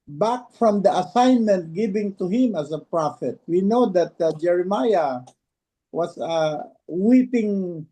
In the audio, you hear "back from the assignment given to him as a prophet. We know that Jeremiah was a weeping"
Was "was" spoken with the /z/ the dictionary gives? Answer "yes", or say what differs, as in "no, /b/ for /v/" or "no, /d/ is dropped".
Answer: no, /s/ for /z/